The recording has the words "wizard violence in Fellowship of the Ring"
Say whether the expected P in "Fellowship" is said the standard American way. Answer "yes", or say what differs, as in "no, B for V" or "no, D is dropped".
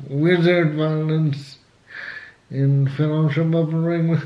no, B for P